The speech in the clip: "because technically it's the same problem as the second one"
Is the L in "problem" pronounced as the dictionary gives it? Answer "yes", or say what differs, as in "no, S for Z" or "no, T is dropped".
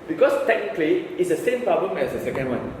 yes